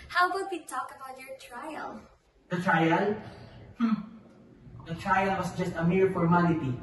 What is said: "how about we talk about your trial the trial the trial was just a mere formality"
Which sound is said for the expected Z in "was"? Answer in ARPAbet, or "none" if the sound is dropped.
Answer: S